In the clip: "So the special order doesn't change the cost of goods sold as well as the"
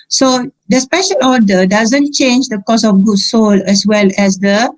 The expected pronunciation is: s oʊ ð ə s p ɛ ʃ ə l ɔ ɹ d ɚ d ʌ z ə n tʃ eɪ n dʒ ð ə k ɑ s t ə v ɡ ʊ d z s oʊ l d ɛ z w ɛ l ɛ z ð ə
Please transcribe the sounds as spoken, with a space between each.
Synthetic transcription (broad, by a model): s oʊ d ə s p ɛ ʃ ə l ɔ d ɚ d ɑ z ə n tʃ eɪ n dʒ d ə k ɑ s ə f ɡ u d s oʊ l ɛ s w ɛ l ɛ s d ə